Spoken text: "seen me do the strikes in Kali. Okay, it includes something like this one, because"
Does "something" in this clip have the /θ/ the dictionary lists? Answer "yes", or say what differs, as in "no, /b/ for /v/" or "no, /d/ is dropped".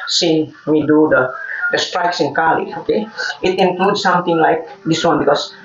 no, /t/ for /θ/